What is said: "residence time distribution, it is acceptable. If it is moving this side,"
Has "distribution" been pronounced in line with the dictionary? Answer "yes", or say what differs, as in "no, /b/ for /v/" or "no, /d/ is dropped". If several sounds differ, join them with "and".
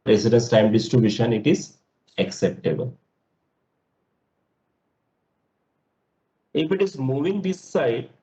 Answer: no, /ɹ/ is dropped